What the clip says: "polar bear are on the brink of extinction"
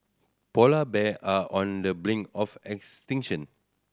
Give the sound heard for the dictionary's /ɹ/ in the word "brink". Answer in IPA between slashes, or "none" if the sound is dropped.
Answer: /l/